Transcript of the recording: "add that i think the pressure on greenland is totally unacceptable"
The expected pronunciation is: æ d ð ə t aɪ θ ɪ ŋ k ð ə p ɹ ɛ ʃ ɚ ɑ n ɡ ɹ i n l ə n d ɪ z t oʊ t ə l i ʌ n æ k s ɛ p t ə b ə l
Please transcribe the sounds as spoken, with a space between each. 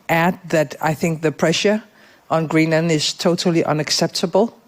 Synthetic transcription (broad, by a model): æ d ð ə t aɪ θ ɪ ŋ k ð ə p ɹ ɛ ʃ ɚ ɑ n ɡ ɹ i n ə n ɪ z t oʊ t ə l i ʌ n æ k s ɛ p t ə b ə l